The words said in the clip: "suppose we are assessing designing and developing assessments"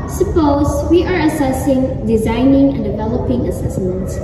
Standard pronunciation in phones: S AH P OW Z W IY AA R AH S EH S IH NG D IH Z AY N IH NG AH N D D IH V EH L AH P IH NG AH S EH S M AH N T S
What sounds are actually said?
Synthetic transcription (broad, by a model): S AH P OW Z W IY AA R AH S EH S IH NG D IH Z AY N IH NG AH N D D IH V EH L AH P IH NG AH S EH S M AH N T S